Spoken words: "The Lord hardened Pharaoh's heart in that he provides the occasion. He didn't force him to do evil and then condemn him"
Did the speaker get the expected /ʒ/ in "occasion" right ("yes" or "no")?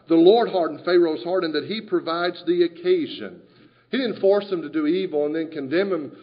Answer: yes